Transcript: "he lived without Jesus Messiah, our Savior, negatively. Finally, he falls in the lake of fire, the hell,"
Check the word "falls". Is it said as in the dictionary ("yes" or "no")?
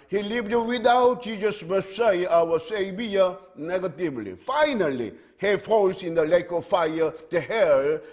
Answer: no